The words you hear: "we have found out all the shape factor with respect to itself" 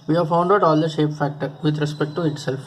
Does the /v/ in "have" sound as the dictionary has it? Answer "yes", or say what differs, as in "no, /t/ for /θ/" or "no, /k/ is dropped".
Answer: yes